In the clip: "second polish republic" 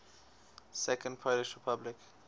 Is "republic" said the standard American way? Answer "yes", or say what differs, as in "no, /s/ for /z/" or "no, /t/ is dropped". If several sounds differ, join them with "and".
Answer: yes